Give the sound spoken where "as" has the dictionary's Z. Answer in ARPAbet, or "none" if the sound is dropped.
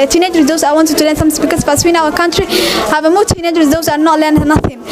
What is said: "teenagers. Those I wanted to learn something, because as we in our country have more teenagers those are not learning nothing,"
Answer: S